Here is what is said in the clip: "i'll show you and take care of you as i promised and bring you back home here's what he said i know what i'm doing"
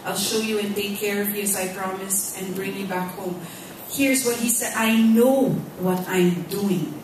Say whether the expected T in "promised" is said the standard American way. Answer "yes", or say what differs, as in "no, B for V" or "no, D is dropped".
yes